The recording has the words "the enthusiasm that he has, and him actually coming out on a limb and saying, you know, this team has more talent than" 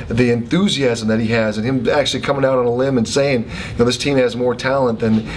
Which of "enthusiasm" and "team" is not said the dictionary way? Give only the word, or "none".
none